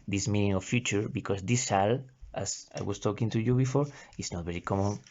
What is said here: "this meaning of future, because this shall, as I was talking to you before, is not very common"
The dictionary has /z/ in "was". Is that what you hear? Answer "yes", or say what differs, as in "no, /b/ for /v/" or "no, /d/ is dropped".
no, /s/ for /z/